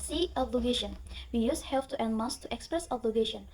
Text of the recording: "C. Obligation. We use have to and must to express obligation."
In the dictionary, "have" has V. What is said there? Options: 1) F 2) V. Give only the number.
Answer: 1